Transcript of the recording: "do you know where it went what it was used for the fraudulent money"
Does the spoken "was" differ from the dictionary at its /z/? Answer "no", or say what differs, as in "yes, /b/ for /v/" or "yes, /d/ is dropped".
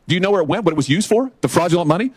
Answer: no